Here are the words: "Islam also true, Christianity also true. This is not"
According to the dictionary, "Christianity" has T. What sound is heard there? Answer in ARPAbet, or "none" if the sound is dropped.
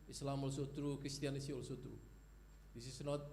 S